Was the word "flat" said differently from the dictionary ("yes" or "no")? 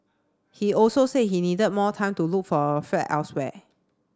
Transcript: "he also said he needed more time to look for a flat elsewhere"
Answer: yes